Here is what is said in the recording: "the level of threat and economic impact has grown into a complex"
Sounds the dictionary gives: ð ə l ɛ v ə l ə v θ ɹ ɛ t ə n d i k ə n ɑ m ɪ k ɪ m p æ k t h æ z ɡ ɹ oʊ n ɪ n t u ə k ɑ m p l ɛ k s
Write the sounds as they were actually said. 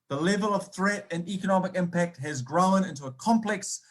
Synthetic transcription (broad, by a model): ð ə l ɛ v ə l ə v θ ɹ ɛ t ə n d i k ə n ɑ m ɪ k ɪ m p æ k t h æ z ɡ ɹ oʊ n ɪ n t u ə k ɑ m p l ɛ k s